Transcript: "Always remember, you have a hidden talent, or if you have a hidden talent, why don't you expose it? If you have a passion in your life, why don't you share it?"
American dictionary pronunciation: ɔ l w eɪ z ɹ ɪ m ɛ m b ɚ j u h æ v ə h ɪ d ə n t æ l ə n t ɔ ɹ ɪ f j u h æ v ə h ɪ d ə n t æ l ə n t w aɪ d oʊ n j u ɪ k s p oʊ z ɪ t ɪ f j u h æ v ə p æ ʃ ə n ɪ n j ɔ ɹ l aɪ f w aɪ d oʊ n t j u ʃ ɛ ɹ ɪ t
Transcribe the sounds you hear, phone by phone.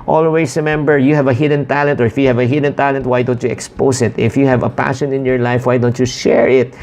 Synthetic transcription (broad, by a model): ɔ l w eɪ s ɹ ɪ m ɛ m b ɚ j u h æ v ə h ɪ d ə n t æ l ə n t ɔ ɹ ɪ f j u h æ v ə h ɪ d ə n t æ l ə n t w aɪ d oʊ n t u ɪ k s p oʊ s ɪ t ɪ f j u h æ v ə p æ ʃ ə n ɪ n j ɔ ɹ l aɪ f w aɪ d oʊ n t j u ʃ ɛ ɹ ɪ t